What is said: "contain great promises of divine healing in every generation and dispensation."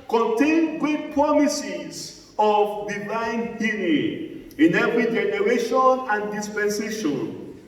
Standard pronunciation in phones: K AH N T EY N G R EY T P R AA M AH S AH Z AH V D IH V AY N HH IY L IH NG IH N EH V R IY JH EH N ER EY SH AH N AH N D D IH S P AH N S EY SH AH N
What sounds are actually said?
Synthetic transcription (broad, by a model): K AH N T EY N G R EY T P R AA M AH S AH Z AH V D IH V AY N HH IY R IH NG IH N EH V R IY JH EH N ER EY SH AH N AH N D D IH S P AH N S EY SH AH N